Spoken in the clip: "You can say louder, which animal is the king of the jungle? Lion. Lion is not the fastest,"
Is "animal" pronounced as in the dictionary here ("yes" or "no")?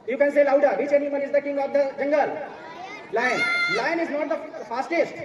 no